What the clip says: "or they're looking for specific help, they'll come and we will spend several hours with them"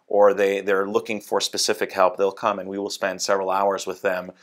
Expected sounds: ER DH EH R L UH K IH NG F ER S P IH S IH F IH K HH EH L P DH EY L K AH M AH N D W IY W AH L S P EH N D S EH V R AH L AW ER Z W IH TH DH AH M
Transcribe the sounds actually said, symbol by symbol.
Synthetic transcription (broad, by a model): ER DH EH R L UH K IH NG F ER S P IH S IH F IH K HH EH L P DH EY L K AH M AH N W IY W AH L S P EH N D S EH V R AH L AW ER Z W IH DH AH M